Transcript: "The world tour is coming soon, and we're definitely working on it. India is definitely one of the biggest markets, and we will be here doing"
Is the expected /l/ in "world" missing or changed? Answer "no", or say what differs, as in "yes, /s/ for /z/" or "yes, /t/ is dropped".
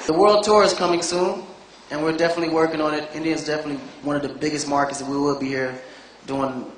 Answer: no